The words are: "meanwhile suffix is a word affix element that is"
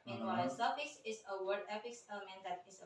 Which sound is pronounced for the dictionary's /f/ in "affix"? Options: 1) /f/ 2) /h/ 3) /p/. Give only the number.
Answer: 3